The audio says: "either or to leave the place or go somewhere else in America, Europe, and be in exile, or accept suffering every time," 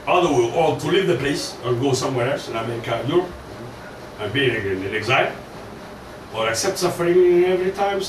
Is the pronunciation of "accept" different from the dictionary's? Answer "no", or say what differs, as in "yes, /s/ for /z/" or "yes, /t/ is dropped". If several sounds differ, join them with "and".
no